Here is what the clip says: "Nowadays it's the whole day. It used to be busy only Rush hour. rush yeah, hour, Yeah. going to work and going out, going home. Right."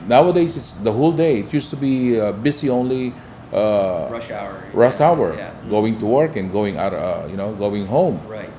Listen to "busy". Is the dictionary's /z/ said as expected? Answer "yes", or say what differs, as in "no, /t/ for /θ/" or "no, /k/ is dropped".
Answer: no, /s/ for /z/